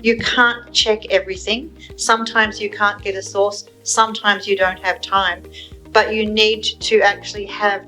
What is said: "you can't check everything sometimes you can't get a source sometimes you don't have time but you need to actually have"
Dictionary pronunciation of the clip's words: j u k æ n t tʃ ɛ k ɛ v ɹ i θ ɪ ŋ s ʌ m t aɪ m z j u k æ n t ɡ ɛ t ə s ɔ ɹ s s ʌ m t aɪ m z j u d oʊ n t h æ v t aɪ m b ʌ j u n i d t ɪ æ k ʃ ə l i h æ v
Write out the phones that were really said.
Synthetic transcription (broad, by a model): j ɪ k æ n tʃ ɛ k ɛ v ɹ i θ ɪ ŋ s ʌ m t aɪ m z j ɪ k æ n ɡ ɛ t ə s ɔ ɹ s s ʌ m t aɪ m z j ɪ d oʊ n t h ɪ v t aɪ m b ʌ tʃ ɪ n i d t ɪ æ k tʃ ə l i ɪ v